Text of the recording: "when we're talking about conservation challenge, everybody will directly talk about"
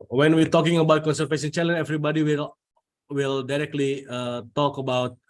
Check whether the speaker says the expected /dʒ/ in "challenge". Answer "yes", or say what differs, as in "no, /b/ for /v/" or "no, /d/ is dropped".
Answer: no, /dʒ/ is dropped